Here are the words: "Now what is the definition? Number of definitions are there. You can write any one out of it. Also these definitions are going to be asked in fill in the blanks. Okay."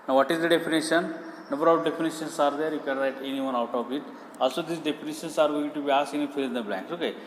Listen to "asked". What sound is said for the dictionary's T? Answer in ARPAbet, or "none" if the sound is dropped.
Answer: none